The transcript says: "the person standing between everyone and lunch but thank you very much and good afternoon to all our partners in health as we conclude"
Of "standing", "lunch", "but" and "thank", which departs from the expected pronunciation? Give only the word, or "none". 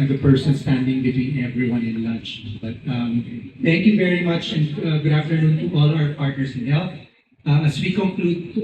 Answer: thank